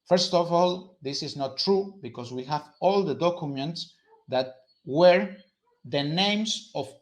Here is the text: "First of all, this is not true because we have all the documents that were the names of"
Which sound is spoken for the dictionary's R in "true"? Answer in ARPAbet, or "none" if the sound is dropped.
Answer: R